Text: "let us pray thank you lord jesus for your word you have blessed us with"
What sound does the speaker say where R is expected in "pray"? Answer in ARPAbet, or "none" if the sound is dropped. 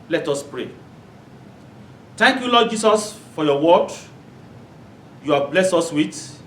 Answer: R